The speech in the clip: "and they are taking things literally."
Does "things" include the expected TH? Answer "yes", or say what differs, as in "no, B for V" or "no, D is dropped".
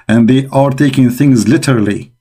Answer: yes